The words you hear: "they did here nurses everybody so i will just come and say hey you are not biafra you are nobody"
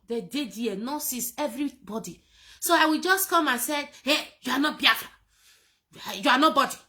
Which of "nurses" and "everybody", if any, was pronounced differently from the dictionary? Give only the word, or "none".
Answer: nurses